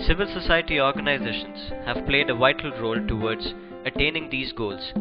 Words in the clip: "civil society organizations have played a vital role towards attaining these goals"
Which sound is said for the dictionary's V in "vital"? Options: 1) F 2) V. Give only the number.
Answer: 2